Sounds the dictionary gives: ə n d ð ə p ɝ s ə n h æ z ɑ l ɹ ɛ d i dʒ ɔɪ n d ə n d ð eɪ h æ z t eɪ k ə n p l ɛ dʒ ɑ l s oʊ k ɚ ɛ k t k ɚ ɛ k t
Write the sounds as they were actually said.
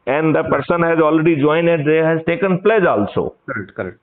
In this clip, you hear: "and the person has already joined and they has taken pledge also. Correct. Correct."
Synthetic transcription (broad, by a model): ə n d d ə p ɝ s ə n h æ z ɑ l ɹ ɛ d i dʒ ɔɪ n ə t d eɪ h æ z t eɪ k ə n p l ɛ dʒ ɑ l s oʊ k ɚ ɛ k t k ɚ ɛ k t